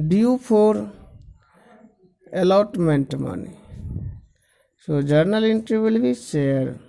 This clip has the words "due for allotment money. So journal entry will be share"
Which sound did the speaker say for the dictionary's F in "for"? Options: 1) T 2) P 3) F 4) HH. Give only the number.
2